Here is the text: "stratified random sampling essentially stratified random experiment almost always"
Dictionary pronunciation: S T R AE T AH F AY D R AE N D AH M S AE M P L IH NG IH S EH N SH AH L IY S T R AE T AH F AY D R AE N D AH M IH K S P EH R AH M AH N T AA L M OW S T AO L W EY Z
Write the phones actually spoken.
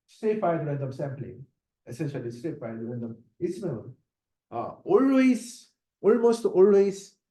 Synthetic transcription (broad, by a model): S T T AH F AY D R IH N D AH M S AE M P L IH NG IH S EH N SH AH L IY S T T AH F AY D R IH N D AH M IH S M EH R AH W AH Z T AA L M OW S T AO L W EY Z